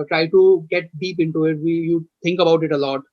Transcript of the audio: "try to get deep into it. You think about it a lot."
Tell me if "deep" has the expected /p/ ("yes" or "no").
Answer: yes